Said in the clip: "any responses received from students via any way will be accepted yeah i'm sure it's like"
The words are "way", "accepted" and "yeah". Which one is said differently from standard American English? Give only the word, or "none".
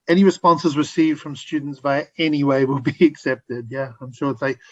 none